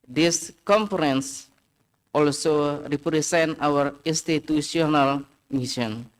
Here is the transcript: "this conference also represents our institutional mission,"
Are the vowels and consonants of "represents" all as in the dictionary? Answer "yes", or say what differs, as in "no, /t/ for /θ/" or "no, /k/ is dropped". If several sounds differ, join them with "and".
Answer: no, /s/ is dropped